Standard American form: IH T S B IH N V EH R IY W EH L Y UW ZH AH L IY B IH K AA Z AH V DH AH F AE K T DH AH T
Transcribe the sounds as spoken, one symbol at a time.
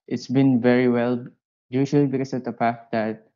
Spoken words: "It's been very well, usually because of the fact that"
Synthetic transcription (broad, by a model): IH T S B IH N V EH R IY W EH L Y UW SH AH L IY B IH K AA S AH V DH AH P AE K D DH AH T